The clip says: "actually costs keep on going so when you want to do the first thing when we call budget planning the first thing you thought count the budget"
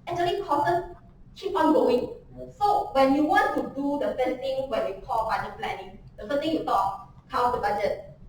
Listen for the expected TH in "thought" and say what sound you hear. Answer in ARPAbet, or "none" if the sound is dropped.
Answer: T